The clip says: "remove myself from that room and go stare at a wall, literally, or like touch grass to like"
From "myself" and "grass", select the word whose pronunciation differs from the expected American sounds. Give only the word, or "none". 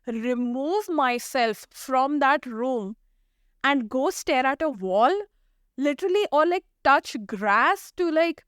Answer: none